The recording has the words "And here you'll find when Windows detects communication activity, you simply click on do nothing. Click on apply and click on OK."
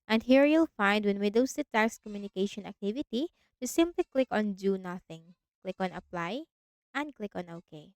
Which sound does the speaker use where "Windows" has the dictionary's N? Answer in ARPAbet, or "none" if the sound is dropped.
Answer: none